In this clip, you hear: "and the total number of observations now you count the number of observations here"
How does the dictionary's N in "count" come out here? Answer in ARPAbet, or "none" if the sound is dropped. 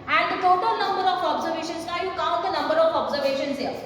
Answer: none